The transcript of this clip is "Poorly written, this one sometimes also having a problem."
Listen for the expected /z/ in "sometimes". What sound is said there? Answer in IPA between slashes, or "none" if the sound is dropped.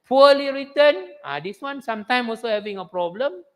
none